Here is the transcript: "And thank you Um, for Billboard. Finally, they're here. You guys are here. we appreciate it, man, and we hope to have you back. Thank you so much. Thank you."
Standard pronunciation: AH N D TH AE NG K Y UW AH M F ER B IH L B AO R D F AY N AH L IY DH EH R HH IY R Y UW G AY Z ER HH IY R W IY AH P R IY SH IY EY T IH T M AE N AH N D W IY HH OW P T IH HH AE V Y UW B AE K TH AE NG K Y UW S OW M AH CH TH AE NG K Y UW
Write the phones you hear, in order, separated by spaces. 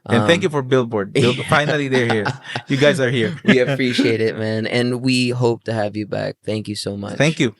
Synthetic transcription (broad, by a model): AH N TH AE NG K Y UW F ER B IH L B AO R D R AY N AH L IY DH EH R HH IY R Y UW G AY Z ER HH IY R W IY AH P R IY SH IY EY T IH T M AE N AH N W IY HH OW P T IH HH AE V Y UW B AE K TH AE NG K Y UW S OW M AH CH TH AE NG K Y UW